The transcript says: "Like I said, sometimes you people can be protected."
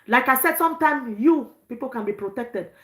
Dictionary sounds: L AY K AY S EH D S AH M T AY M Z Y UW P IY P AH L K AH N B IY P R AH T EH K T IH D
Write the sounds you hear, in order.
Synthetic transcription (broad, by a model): L AY K AY S EH D S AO M T AY M Y UW P IY P AH L K AH N B IY P R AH T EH K T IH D